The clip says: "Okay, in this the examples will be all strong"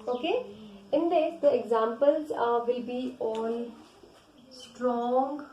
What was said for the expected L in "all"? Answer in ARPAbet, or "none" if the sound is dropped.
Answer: N